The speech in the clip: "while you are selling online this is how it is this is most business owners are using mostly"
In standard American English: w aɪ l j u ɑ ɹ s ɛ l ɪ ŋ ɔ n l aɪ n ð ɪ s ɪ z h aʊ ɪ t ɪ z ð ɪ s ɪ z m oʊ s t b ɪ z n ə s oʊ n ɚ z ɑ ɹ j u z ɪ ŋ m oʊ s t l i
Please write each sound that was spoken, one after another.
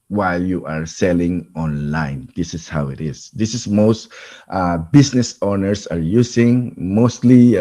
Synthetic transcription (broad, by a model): w aɪ l j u ɑ ɹ s ɛ l ɪ ŋ ɔ n l aɪ n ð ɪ s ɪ s h aʊ ɪ t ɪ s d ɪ s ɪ s m oʊ s t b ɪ s n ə s oʊ n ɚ s ɑ ɹ j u s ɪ ŋ m oʊ s t l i